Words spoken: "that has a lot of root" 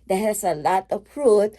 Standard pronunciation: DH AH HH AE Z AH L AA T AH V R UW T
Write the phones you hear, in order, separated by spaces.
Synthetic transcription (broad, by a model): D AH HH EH S AH L AA T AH P R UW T